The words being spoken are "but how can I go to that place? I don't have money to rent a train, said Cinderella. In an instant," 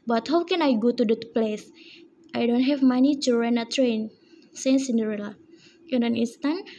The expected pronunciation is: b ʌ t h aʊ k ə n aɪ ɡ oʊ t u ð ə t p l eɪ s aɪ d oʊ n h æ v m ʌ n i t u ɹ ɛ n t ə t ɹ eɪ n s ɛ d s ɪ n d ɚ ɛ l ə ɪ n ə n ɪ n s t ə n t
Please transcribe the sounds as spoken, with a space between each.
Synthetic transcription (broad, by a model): b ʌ t h aʊ k ə n aɪ ɡ oʊ t u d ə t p l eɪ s aɪ d oʊ n h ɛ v m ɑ n i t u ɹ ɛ n ə t ɹ eɪ n s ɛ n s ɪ n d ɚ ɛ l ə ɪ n ə n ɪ n s t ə n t